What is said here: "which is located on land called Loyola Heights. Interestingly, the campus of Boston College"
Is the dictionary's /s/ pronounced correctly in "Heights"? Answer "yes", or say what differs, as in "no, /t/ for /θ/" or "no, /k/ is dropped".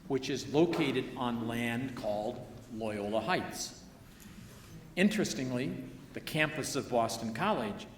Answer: yes